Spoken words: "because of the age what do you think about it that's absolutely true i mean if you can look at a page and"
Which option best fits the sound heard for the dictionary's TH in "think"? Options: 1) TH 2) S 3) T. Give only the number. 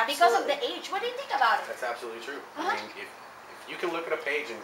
1